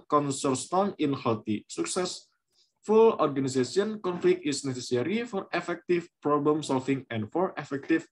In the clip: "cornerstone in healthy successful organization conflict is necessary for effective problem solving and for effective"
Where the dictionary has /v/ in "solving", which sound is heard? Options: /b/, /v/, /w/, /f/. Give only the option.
/f/